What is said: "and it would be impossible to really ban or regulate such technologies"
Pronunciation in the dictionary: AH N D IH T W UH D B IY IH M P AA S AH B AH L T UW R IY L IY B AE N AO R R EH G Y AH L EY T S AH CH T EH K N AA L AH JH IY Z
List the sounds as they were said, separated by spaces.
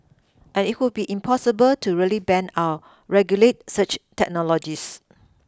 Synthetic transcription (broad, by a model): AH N IH T W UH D B IY IH M P AA S AH B AH L T UW R IY L IY B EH N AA W R EH G Y AH L EY T S AH CH T EH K N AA L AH JH IY S